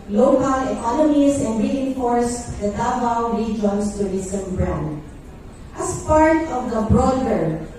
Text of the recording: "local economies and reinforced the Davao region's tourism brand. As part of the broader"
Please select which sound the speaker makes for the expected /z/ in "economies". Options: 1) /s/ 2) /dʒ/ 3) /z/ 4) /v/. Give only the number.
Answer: 1